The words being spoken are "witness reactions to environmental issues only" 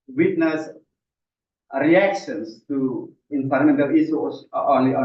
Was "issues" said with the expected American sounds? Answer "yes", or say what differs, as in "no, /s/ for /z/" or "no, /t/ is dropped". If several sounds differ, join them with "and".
no, /z/ is dropped